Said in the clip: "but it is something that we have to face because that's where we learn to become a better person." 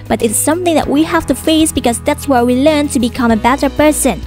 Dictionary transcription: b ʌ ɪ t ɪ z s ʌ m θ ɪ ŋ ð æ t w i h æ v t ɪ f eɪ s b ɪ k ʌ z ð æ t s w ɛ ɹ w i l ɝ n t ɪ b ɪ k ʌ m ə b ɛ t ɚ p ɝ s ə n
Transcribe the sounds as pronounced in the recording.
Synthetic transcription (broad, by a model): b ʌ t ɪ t s ʌ m θ ɪ ŋ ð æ t w i h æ f t ɪ f eɪ s b ɪ k ʌ z ð æ t s w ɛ ɹ w i l ɝ n t ɪ b ɪ k ʌ m ə b ɛ t ɚ p ɝ s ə n